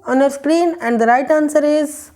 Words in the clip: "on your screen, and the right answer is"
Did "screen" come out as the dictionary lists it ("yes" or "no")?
yes